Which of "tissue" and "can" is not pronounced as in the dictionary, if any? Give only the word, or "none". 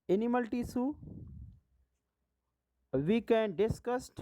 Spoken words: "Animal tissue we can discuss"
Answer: tissue